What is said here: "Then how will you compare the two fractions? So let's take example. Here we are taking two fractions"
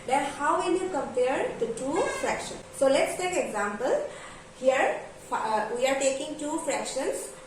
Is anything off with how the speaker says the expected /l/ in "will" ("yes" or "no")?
yes